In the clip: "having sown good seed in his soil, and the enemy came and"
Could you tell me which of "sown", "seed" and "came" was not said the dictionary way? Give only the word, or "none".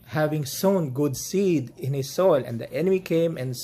none